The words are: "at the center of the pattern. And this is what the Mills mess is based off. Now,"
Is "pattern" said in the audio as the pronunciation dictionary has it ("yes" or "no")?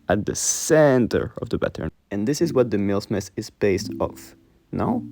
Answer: no